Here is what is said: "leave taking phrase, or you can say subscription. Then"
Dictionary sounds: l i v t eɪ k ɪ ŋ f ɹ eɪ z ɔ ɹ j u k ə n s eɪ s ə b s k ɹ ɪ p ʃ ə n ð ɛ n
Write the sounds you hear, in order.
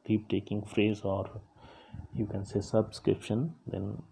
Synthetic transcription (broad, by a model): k i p t eɪ k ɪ ŋ f ɹ eɪ z ɔ ɹ j u k ə n s eɪ s ə b s k ɹ ɪ p ʃ ə n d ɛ n